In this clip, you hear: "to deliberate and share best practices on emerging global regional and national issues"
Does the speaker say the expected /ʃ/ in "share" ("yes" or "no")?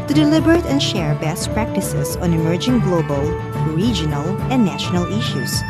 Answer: yes